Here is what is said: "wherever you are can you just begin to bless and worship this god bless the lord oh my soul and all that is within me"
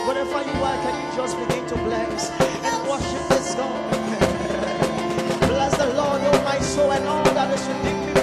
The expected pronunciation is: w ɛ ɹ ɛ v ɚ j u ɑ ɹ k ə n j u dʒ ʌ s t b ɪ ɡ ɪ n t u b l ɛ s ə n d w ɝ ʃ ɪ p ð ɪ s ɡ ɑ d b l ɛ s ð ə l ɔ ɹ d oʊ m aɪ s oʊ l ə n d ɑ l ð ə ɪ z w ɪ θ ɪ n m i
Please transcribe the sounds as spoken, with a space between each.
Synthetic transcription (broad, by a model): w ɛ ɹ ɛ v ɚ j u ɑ l k ə n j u dʒ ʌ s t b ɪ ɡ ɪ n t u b l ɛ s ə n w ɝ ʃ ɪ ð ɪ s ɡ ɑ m b l ɛ s ð ə l ɔ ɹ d oʊ m aɪ s oʊ l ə n ɑ l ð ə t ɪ s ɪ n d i